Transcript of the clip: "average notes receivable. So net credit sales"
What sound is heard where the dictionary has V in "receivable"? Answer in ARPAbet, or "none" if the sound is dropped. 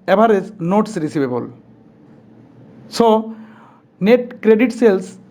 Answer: B